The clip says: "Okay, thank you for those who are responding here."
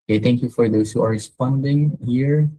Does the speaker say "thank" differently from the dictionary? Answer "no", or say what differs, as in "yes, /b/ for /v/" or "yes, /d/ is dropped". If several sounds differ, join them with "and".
yes, /t/ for /θ/